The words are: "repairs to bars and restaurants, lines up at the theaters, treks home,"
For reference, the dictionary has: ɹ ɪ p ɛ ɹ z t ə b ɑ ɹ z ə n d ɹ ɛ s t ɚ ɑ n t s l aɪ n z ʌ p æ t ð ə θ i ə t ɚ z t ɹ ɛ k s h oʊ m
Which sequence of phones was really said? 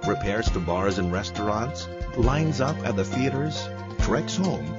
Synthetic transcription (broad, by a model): ɹ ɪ p ɛ ɹ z t ə b ɑ ɹ z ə n ɹ ɛ s t ɚ ɑ n t s l aɪ n z ʌ p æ t ð ə θ i ə t ɚ z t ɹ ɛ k s h oʊ m